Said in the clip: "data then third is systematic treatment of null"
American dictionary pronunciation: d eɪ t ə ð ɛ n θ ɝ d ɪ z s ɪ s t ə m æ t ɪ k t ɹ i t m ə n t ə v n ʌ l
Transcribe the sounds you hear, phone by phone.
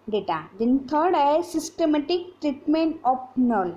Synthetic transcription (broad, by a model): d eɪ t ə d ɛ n t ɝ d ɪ s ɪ s t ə m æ t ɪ k t ɹ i t m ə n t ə p n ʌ l